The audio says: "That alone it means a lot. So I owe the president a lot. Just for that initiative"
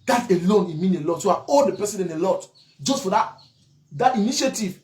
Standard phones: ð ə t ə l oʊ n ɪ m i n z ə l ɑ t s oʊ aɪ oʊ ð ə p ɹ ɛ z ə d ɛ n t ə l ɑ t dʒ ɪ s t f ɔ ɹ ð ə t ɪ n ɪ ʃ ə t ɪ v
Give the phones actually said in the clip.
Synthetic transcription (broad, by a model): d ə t ə l oʊ n ɪ m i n ə l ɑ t s oʊ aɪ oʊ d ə p ɛ s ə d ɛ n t ə l ɑ t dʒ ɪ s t f ɔ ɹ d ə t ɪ n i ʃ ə t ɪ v